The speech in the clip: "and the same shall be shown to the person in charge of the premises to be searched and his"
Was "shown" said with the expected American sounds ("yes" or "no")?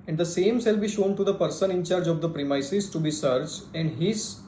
yes